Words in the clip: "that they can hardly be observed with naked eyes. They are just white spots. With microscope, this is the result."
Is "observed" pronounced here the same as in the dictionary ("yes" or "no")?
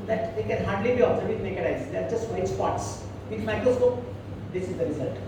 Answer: no